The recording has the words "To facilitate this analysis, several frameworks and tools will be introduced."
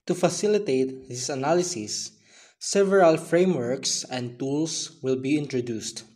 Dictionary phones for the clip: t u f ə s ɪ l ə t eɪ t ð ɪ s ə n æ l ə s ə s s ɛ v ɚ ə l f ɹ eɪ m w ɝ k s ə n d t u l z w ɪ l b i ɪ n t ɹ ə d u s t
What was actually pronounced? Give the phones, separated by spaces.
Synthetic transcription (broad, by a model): t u f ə s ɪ l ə t eɪ t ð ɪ s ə n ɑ l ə s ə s s ɛ v ɚ ə l f ɹ eɪ m w ɝ k s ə n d t u l s w ɪ l b i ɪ n t ɹ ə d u s t